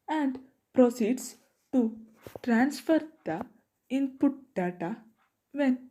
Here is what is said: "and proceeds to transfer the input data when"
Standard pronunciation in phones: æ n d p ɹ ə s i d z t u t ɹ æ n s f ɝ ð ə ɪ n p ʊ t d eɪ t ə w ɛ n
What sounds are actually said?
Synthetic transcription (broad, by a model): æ n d p ɹ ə s i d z t u t ɹ æ n s f ɝ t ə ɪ n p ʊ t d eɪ t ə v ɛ n